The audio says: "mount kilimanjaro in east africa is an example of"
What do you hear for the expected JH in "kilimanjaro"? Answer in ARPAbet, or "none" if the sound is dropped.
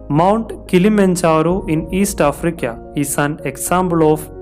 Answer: CH